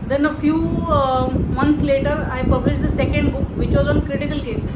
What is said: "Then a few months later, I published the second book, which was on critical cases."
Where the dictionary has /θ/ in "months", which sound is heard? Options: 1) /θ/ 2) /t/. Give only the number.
2